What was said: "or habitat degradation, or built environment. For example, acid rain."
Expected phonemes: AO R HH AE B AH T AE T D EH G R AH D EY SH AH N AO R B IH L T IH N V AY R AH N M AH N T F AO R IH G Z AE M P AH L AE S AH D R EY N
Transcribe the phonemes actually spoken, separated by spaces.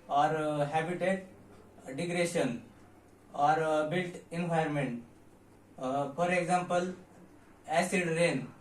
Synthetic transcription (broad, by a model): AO R HH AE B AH T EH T D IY G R D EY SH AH N AO R B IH L T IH N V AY AH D M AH N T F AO R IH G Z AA M P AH L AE S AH D R EY N